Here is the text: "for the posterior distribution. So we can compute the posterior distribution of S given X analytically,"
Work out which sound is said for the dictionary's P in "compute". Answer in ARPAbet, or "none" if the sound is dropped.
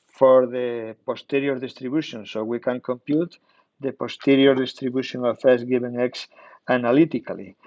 P